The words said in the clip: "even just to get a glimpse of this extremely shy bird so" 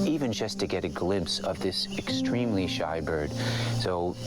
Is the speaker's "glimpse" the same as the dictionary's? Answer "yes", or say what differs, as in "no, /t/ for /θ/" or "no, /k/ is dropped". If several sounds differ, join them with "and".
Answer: yes